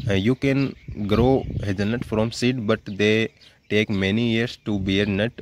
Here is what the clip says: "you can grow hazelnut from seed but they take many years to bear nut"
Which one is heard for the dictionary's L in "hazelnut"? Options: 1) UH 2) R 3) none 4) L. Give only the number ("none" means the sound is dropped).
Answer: 3